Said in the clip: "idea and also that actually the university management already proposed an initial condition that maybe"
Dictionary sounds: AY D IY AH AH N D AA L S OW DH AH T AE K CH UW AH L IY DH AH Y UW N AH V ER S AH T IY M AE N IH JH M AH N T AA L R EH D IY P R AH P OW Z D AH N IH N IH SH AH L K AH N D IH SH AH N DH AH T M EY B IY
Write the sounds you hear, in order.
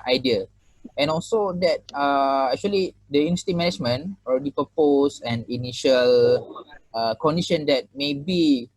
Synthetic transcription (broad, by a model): AY D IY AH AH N AA L S OW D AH T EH K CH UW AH L IY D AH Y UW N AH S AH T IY M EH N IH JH M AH N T AA L R EH D IY P AH P OW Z AH N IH N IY SH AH L K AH N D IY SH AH N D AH T M EY B IY